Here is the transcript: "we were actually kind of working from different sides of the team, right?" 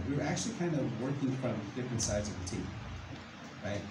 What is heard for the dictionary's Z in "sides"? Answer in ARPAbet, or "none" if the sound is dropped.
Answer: Z